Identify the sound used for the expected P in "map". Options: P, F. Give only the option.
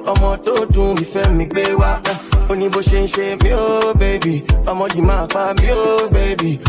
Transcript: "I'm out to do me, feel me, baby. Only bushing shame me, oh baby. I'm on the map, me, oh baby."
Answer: F